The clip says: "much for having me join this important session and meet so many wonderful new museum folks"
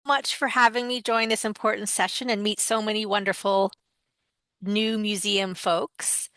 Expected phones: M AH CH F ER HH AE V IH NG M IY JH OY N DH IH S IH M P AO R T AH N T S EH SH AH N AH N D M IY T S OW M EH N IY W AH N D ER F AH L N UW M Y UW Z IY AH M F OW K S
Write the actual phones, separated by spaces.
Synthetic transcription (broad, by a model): M AH CH F ER HH AE V IH NG M IY JH OY N DH IH S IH M P AO R T N T S EH SH AH N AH N M IY T S OW M EH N IY W AH N D ER F L N UW M Y UW Z IY AH M F OW K S